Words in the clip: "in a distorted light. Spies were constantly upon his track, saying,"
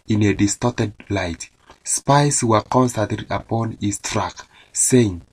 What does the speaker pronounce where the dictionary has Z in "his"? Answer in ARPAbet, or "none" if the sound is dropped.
S